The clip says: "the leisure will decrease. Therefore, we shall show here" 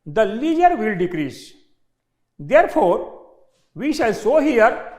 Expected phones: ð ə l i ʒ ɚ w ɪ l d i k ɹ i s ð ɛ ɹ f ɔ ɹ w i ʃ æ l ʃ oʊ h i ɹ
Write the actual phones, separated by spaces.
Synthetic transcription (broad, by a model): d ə l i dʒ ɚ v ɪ l d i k ɹ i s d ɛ ɹ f ɔ ɹ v i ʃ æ l s oʊ h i ɹ